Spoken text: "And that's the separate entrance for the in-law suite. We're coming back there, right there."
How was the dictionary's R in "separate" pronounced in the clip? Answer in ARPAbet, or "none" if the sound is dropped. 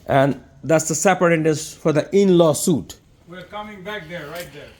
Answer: none